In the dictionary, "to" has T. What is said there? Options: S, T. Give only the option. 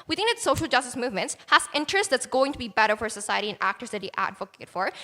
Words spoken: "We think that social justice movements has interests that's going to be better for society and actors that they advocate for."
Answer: T